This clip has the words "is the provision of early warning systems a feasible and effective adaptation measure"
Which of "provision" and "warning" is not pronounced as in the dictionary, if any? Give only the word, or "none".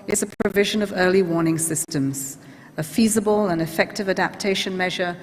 none